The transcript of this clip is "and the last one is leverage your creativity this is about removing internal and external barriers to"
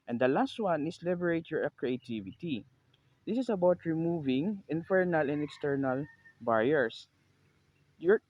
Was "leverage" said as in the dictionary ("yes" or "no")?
no